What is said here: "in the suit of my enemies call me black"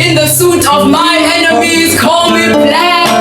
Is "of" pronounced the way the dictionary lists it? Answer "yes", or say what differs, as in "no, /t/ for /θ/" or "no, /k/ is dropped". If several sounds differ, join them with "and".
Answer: yes